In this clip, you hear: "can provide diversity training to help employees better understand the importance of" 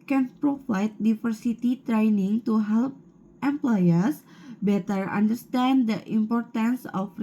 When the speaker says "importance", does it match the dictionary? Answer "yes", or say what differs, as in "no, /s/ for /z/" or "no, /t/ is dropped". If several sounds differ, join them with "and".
yes